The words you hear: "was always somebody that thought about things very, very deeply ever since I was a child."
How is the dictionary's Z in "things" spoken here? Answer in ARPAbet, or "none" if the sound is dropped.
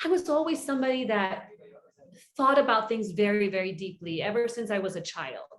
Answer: Z